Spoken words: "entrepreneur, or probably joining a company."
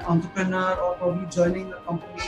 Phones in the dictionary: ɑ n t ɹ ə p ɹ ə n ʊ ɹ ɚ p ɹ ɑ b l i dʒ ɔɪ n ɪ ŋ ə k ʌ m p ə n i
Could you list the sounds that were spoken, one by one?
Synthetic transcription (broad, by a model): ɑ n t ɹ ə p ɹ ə n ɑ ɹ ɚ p ɑ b i dʒ ɔɪ n ɪ ŋ ə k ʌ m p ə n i